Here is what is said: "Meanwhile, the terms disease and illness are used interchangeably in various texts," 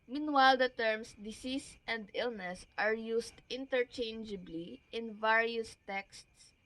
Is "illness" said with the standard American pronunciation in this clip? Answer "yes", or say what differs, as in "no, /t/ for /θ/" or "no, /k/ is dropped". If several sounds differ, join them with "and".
yes